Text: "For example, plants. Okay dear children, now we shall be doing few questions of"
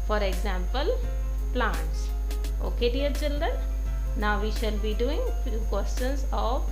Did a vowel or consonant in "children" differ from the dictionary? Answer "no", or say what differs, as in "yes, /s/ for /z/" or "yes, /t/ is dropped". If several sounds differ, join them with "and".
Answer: no